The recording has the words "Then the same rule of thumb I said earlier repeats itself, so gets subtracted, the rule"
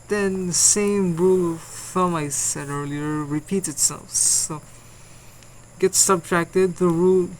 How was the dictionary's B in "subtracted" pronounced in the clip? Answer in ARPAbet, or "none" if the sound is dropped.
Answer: B